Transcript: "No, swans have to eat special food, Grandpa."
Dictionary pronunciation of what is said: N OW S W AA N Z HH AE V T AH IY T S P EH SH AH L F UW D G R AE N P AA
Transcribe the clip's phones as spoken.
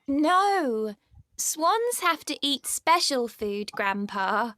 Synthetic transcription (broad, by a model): N OW S W AA N Z HH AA F T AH IY T S P EH SH AH L F UW D G R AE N P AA